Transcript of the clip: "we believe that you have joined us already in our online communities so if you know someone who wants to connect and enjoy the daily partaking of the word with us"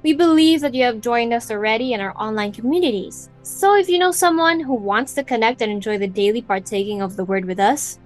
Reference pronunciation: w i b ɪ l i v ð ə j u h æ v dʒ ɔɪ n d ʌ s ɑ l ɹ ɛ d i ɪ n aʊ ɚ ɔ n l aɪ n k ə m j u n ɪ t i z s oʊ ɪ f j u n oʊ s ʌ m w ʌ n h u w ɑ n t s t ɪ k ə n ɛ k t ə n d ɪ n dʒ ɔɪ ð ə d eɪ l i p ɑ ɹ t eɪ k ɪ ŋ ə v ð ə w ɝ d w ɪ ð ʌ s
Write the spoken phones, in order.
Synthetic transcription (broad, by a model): w i b ɪ l i v ð ə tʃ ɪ v dʒ ɔɪ n d ʌ s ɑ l ɹ ɛ d i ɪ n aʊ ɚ ɔ n l aɪ n k ə m j u n ɪ t i z s oʊ ɪ f j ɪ n oʊ s ʌ m w ʌ n h u w ɑ n t s t ɪ k ə n ɛ k t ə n ɪ n dʒ ɔɪ ð ə d eɪ l i p ɑ ɹ t eɪ k ɪ ŋ ə v ð ə w ɝ d w ɪ ð ʌ s